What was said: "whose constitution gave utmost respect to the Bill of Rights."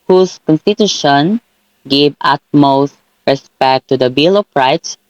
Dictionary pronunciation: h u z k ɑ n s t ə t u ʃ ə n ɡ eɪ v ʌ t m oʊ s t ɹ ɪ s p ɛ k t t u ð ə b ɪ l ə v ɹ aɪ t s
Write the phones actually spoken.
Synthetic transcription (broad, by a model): h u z k ɑ n s t ə t u ʃ ə n ɡ eɪ v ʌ t m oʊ s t ɹ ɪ s p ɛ k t t u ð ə b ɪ l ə p ɹ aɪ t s